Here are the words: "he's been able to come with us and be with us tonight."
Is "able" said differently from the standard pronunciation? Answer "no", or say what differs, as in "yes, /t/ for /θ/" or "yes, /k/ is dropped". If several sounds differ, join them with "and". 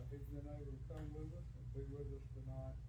yes, /b/ is dropped